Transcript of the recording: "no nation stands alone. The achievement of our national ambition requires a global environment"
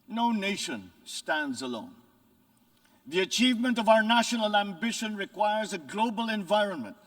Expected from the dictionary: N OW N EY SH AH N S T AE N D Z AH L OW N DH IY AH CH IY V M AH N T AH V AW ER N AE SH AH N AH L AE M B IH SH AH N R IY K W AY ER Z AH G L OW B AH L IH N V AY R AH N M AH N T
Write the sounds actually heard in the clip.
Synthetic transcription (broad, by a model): N OW N EY SH AH N S T AE N D Z AH L OW N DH IY AH CH IY V M AH N T AH V AW ER N AE SH AH N AH L AE M B IH SH AH N R IY K W AY ER Z AH G L OW B AH L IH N V AY R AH N M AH N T